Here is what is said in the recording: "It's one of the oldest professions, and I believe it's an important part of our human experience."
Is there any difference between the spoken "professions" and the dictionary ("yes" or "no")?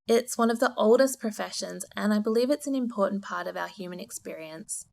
no